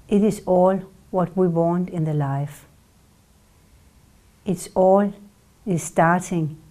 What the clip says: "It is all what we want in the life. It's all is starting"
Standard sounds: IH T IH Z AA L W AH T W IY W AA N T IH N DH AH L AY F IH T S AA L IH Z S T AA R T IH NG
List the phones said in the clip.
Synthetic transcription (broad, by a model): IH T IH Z AA L W AH T W IY W AA N T IH N DH AH L AY F IH T S AA L IH Z S T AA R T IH NG